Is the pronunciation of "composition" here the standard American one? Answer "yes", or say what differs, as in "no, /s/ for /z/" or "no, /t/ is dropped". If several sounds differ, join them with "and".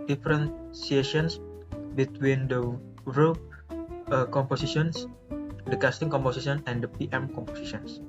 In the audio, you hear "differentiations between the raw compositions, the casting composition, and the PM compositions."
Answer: no, /s/ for /z/